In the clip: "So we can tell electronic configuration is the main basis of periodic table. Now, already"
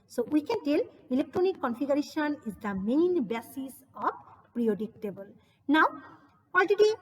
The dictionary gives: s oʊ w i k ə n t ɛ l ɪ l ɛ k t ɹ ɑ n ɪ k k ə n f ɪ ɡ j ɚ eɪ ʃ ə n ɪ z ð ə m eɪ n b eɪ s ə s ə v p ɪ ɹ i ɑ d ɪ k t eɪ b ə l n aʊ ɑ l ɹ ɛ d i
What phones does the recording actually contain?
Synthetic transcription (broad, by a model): s oʊ w i k ə n t ɛ l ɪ l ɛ k t ɹ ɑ n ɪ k k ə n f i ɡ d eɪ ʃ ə n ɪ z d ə m eɪ n b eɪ s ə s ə b p ɹ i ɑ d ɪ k t eɪ b ə l n aʊ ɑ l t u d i